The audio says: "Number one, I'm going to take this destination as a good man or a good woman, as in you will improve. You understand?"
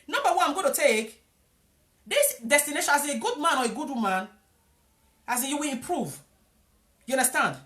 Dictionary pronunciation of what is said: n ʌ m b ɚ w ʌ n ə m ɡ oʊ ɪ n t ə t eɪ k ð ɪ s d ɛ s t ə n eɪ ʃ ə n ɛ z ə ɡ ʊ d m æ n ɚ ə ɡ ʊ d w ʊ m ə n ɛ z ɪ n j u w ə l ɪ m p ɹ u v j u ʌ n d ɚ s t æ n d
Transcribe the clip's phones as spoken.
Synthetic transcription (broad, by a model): n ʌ m b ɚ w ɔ ə m ɡ oʊ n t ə t eɪ k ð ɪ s d ɛ s t ə n eɪ ʃ ə n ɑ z ə ɡ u d m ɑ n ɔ ə ɡ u d w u m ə n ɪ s j u w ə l ɪ m p ɹ u v j u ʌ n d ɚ s t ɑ n d